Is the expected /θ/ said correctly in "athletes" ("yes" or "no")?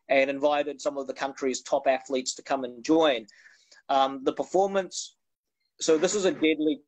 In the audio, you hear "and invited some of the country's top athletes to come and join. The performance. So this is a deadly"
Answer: yes